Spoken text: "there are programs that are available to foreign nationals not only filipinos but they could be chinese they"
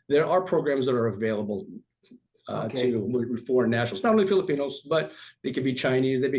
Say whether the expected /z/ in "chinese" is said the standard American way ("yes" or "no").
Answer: yes